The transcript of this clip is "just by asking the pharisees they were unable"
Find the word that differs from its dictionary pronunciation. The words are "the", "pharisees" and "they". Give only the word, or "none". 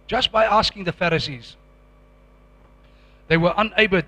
none